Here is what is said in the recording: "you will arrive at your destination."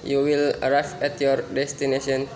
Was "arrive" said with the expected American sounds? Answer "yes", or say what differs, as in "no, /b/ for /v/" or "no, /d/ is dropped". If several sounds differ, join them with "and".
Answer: no, /f/ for /v/